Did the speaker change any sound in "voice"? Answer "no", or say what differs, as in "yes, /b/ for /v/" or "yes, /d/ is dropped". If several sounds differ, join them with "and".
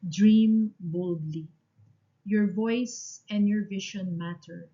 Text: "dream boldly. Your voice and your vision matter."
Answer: no